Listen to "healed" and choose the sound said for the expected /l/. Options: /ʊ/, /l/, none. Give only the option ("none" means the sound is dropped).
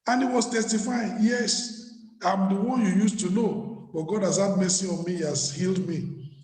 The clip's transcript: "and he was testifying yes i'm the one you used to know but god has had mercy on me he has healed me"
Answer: /l/